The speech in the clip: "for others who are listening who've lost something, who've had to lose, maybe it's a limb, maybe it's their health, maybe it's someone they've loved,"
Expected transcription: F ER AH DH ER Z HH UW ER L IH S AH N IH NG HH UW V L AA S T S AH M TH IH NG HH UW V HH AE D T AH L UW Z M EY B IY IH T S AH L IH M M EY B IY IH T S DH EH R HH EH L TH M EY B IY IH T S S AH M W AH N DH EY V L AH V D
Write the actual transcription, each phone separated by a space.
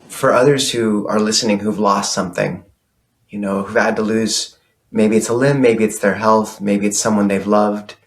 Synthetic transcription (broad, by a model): F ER AH DH ER Z HH UW ER L IH S AH N IH NG HH UW V L AA S T S AH M TH IH NG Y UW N HH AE D T AH L UW Z M EY B IY IH T S AH L IH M M EY B IY IH T S DH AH R HH EH L TH M EY B IY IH T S S AH M W AH N DH EY V L AH V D